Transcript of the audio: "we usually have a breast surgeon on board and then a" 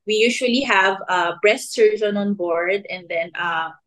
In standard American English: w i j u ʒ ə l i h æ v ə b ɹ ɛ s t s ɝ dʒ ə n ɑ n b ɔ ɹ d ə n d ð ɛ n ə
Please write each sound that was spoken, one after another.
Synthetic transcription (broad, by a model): w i j u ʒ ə l i h æ v ə b ɹ ɛ s t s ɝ z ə n ɑ n b ɔ ɹ d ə n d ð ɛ n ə